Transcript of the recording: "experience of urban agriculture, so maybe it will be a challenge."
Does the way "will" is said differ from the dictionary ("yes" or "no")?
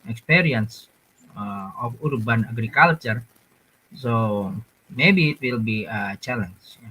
no